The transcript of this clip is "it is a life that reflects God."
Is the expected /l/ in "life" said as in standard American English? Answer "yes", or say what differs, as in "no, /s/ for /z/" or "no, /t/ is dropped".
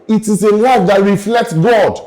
no, /w/ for /l/